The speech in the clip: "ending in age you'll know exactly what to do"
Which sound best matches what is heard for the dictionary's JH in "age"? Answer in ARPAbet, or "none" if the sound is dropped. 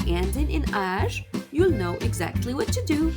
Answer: ZH